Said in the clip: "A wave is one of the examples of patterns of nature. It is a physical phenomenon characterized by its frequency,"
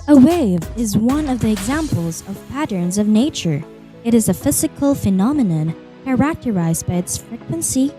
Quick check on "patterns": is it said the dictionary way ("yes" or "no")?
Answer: yes